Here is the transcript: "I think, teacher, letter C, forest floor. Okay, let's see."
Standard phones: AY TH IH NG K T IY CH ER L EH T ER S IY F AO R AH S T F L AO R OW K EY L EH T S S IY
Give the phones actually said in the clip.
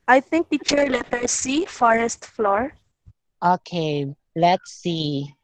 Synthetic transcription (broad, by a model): AY T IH NG K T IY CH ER L EH T ER S IY F AO R AH S T F L AO R OW K EY L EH T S S IY